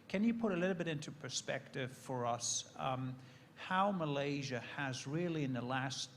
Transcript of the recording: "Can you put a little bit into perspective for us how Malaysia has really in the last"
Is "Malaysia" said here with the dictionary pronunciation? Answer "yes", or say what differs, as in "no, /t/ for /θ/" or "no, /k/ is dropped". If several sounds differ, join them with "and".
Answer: yes